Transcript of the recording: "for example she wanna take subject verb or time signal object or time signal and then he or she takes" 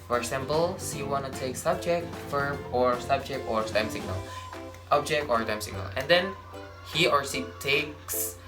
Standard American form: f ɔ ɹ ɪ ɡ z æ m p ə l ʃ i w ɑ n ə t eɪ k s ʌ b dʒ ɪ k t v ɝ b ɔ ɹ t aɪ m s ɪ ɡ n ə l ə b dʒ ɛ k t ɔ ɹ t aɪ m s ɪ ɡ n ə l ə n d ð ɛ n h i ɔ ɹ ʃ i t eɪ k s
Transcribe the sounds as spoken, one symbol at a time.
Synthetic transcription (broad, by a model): f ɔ ɹ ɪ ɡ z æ m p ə l s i w ɑ n ə t eɪ k s ʌ b dʒ ɪ k t f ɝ b ɔ ɹ t aɪ m s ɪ ɡ n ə l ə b dʒ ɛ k t ɔ ɹ t aɪ m s ɪ ɡ n ə l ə n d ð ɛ n h i ɔ ɹ s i t eɪ k s